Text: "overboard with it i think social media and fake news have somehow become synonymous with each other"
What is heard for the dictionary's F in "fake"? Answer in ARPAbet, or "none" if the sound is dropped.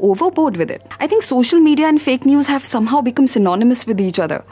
F